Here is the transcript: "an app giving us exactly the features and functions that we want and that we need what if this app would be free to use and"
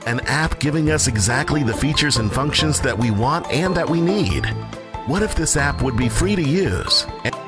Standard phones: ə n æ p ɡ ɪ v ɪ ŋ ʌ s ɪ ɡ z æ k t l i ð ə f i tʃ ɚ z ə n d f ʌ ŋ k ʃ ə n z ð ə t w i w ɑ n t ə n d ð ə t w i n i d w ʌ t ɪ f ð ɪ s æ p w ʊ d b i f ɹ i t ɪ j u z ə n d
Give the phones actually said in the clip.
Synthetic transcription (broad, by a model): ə n æ p ɡ ɪ v ɪ ŋ ʌ s ɪ ɡ z æ k t l i ð ə f i tʃ ɚ z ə n f ʌ ŋ k ʃ ə n z ð ə t w i w ɑ n t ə n ð ə t w i n i d w ʌ t ɪ f ð ɪ s æ p w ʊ d b i f ɹ i t ɪ j u z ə